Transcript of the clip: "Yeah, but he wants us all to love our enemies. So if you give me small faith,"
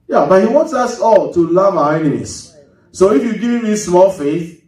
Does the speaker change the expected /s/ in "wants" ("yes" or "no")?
no